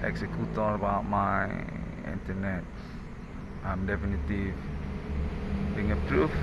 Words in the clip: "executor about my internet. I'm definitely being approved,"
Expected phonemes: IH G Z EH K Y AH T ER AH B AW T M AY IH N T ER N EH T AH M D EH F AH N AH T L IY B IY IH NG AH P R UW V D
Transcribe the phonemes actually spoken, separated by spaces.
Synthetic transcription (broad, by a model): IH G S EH K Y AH T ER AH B AW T M AY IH N T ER N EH T AH M D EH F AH N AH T IY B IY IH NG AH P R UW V